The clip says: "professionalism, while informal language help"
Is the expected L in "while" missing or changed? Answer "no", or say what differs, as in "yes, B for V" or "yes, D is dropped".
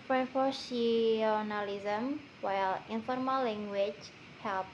no